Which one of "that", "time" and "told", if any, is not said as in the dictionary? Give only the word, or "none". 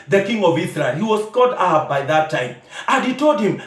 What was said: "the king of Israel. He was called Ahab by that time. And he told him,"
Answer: none